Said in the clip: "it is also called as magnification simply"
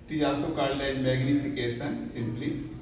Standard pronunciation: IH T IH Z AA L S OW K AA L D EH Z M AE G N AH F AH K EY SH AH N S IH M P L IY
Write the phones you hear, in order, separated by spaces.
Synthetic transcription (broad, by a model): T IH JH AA S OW K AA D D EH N M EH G N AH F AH K EY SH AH N S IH M P L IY